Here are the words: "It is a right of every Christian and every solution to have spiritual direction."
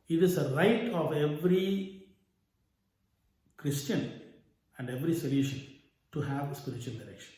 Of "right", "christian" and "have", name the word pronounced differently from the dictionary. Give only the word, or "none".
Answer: none